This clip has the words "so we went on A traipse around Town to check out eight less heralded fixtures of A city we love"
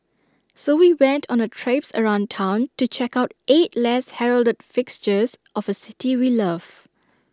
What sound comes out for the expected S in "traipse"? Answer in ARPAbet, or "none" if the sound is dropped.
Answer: S